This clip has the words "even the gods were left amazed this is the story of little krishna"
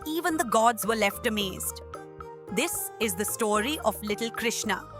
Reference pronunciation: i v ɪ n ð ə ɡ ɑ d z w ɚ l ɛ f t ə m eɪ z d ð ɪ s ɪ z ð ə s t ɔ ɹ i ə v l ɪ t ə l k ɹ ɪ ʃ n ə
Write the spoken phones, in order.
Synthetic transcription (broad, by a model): i v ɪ n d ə ɡ ɑ d z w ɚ l ɛ f t ə m eɪ z d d ɪ s ɪ z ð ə s t ɔ ɹ i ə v l ɪ t l k ɹ ɪ ʃ n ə